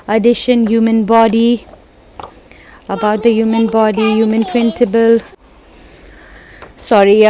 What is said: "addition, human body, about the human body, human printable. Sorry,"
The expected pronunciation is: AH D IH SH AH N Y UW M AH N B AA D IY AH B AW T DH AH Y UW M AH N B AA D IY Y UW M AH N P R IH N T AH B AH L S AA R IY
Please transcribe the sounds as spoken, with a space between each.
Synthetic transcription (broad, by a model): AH D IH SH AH N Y UW M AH N B AA D IY AH B AW T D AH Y UW M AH N B AA D IY Y UW M AH N P R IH N S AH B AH L S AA R IY